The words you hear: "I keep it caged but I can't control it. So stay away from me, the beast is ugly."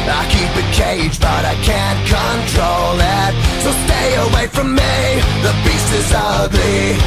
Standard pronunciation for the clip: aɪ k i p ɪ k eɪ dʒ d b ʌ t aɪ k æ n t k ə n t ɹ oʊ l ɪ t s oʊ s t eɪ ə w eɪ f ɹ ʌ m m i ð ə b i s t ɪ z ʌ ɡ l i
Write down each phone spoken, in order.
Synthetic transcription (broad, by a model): aɪ k i p ɪ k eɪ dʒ b ʌ t aɪ k æ n k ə n t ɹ oʊ l ɪ t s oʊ s t eɪ ə w eɪ f ɹ ʌ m m i ð ə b i s ɪ z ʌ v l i